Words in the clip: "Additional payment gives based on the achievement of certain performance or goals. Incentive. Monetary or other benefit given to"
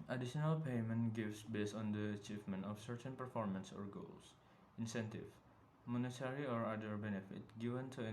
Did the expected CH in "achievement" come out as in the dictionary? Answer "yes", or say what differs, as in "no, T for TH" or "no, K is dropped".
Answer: yes